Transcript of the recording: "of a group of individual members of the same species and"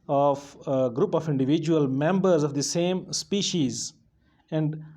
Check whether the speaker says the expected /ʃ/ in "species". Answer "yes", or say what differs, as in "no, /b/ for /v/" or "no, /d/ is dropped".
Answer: yes